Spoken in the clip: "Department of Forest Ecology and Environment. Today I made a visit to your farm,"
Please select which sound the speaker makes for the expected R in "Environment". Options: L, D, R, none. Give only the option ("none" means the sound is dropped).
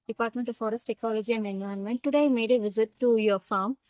none